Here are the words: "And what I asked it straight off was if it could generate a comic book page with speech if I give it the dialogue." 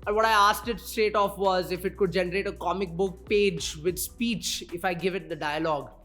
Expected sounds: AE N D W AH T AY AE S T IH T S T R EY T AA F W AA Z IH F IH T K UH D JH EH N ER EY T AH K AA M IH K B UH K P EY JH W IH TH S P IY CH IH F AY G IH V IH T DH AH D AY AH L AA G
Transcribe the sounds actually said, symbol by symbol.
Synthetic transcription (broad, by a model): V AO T AY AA S T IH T S T EY T AA F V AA Z IH F IH T K UH D JH EH N ER EY T AH K AA M IH K B UH K P EY JH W IH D S P IY CH IH F AY G IH V IH T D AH D AY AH L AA G